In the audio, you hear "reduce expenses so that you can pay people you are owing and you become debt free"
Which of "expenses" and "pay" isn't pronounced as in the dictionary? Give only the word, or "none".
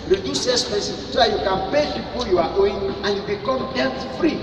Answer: expenses